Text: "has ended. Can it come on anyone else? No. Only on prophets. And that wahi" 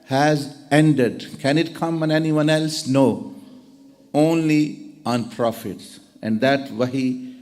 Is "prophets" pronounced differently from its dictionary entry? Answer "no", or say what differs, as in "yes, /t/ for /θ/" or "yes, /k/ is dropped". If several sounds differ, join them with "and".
no